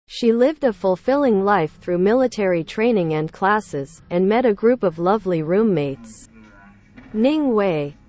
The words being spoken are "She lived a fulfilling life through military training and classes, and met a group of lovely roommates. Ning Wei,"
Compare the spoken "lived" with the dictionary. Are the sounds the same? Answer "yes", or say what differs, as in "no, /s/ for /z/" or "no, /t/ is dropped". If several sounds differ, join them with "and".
yes